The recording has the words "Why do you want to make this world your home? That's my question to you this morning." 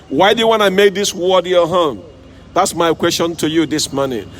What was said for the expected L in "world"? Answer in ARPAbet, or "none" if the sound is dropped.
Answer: none